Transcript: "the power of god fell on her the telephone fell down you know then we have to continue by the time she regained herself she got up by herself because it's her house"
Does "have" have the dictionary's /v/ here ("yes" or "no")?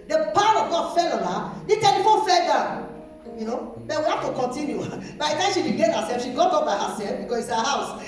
no